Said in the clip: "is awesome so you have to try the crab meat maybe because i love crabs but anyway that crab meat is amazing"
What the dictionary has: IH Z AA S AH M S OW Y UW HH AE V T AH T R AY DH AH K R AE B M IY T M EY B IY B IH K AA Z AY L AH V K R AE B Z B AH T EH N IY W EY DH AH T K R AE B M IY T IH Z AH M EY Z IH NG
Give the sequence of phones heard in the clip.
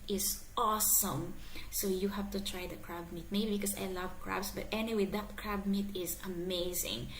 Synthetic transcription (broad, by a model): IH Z AA S AH M S OW Y UW HH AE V T AH T R AY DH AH K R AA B M IY T M EY B IY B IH K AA S AY L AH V K R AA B S B AH T EH N IY W EY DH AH T K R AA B M IY T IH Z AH M EY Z IH NG